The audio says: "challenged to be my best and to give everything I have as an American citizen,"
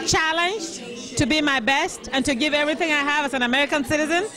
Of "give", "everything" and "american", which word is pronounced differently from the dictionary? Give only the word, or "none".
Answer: none